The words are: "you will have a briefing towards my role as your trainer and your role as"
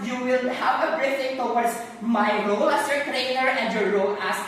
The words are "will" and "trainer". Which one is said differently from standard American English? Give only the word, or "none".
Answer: none